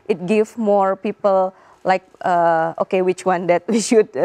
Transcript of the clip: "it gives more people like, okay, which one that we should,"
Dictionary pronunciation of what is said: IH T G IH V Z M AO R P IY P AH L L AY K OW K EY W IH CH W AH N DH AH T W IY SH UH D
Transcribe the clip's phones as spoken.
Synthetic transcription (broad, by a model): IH T G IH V M AO R P IY P AH L L AY K OW K EY W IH CH W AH N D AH T W IY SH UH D